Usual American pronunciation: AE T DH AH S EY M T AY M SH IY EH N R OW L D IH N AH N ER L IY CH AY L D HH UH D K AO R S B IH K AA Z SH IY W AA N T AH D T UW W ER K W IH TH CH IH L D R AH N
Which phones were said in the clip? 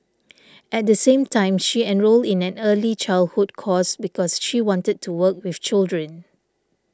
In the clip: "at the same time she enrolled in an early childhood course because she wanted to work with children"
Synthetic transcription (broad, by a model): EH T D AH S EY M T AY M SH IY EH N R OW L D IH N AH N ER L IY CH AY L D HH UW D K AO S B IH K AA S SH IY W AA N T AH D T UW W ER K W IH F CH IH L D R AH N